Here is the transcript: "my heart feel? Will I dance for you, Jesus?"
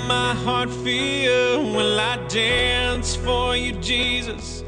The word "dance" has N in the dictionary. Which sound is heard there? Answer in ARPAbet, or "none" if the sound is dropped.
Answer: N